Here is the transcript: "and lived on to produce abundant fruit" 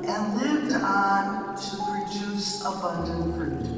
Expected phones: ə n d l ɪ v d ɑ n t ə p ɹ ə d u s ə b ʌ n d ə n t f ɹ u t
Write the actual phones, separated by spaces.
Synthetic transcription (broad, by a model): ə n l ɪ v d n t ə p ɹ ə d u s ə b ʌ n d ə n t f ɹ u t